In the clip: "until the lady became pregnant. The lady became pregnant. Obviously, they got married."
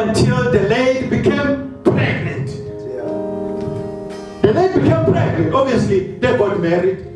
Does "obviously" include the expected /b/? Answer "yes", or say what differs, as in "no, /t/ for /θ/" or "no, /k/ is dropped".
no, /b/ is dropped